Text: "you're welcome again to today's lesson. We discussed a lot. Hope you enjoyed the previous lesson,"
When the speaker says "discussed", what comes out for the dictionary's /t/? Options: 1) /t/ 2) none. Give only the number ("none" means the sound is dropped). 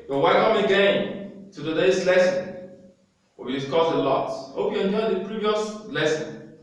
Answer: 2